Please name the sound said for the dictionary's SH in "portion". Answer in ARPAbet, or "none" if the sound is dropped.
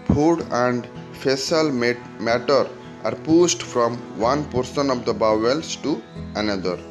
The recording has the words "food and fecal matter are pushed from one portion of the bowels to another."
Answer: S